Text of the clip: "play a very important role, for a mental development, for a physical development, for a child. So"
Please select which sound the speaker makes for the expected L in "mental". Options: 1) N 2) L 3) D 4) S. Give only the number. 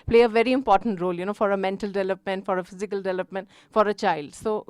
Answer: 2